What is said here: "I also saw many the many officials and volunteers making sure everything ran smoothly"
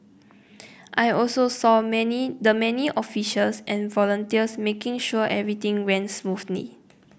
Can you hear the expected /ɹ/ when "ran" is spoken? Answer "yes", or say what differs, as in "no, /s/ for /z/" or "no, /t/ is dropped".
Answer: no, /w/ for /ɹ/